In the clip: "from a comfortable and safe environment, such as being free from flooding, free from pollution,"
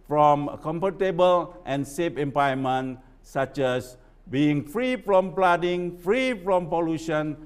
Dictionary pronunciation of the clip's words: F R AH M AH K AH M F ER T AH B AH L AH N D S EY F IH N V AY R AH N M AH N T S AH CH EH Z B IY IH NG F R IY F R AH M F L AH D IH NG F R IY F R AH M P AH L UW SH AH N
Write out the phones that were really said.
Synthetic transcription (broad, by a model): F R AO M K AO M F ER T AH B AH L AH N S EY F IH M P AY AH M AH N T S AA CH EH S B IY IH NG F R IY F R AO M P L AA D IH NG F R IY F R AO M P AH L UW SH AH N